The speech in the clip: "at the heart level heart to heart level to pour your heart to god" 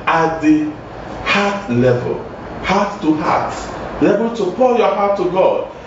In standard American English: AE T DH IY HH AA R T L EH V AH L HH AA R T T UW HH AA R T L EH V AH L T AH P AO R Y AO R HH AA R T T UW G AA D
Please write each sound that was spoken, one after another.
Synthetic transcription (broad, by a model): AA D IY HH AA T L EH V AH L HH AA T T UW HH AA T L EH V AH L T AH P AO L Y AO HH AA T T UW G AA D